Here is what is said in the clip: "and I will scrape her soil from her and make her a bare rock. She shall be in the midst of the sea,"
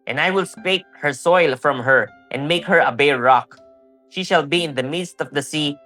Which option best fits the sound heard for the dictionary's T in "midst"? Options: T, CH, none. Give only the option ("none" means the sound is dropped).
T